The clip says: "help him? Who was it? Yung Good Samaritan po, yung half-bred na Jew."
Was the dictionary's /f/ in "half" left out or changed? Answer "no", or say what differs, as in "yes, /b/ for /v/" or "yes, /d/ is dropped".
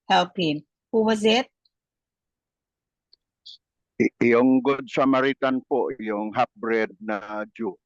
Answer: yes, /p/ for /f/